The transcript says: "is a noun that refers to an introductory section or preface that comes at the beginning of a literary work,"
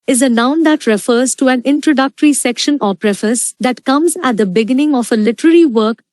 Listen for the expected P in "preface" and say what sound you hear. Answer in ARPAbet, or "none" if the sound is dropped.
P